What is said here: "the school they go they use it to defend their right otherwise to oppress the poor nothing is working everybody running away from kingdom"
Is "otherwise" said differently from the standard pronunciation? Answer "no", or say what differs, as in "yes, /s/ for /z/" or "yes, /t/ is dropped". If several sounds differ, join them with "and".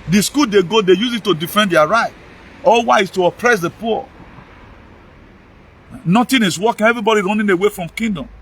yes, /s/ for /z/